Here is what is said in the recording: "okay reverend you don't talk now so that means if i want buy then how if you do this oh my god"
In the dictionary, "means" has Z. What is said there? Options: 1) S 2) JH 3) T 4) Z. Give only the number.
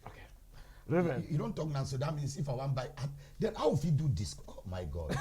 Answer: 1